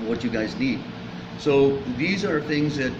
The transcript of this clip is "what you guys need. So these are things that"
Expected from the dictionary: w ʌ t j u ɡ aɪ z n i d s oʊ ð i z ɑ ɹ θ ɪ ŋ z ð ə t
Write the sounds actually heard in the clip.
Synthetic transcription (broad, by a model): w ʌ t j u ɡ aɪ z n i d s oʊ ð i z ɑ ɹ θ ɪ ŋ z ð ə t